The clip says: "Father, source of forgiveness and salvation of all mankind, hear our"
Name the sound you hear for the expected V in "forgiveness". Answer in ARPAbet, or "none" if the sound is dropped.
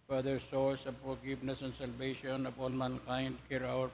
P